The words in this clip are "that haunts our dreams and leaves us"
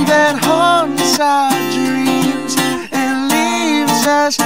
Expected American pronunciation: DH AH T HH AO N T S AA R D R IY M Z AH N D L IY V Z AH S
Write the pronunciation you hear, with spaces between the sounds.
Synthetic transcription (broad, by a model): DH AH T HH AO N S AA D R R IY M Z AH N L IY V Z AH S